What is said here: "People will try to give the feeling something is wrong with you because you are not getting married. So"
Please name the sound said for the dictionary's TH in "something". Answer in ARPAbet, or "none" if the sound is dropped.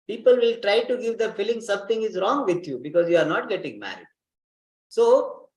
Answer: T